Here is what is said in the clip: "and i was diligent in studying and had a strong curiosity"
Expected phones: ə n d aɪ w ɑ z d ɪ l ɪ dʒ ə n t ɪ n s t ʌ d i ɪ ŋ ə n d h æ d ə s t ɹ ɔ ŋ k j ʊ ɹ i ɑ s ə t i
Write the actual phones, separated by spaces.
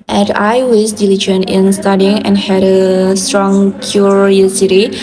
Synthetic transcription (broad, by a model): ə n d aɪ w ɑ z d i l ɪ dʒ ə n ɪ n s t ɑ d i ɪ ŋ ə n h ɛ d ə s t ɹ ɔ ŋ k j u ɹ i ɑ s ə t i